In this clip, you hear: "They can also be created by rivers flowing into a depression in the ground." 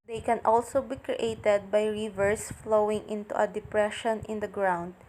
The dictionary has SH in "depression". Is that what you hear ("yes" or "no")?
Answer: yes